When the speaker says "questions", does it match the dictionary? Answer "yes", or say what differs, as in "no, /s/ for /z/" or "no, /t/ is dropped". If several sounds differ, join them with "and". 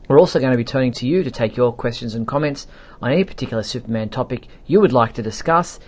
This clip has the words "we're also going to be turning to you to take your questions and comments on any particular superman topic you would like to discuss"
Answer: yes